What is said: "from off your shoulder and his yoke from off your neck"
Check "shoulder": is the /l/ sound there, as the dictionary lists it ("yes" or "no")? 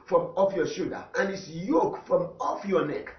no